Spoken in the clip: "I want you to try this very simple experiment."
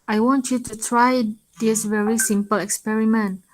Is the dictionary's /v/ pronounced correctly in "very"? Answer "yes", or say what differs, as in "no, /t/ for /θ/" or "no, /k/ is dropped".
yes